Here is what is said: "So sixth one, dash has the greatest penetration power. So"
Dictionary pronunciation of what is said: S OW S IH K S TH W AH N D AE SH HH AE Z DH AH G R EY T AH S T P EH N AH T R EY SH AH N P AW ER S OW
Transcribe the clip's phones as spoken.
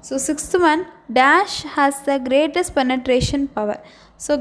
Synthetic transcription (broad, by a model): S OW S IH K S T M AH N D AE SH HH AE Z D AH G R EY T AH S T P EH N AH T R EY SH AH N P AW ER S OW